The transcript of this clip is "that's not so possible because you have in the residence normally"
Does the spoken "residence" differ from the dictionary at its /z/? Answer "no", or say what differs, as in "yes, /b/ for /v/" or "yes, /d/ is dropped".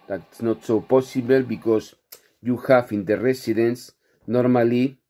yes, /s/ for /z/